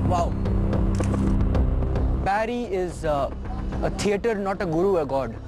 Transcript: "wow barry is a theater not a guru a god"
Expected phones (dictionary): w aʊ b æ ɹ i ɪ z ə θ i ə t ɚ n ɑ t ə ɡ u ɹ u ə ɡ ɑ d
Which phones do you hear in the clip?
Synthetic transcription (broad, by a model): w aʊ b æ ɹ i ɪ z ə t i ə t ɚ n ɑ t ə ɡ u ɹ u ə ɡ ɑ d